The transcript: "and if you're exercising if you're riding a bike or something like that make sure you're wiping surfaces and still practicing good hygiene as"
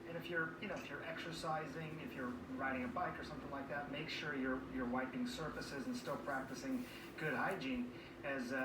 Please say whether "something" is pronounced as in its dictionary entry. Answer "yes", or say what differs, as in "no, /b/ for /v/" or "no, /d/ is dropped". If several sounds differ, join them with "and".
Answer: yes